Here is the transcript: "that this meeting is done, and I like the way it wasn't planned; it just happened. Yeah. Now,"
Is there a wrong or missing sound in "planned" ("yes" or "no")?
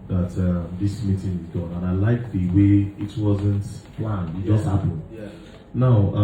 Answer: yes